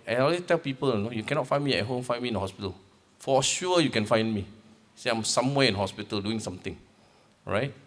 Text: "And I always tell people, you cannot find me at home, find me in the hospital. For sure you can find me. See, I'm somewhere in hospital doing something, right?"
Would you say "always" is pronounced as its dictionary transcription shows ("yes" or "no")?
no